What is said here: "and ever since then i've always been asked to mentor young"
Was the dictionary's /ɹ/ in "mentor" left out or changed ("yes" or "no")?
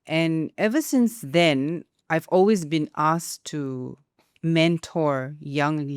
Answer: no